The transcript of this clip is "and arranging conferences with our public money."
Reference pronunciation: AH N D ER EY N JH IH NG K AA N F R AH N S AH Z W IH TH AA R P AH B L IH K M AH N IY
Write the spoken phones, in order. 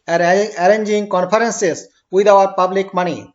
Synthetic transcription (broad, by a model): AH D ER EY N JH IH NG K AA N P R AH N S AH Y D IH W AA R P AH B L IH K M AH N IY